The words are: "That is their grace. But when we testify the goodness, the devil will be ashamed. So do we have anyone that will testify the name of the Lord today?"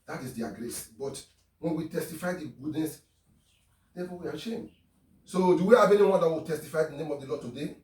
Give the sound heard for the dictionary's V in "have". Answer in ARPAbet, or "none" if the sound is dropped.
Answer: B